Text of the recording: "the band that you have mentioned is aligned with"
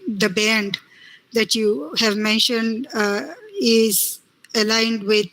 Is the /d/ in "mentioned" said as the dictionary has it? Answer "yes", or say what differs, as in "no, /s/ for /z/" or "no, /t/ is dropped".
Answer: yes